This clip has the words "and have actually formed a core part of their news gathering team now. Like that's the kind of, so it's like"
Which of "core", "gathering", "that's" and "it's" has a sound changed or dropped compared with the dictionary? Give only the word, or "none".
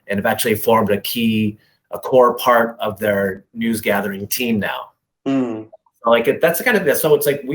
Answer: none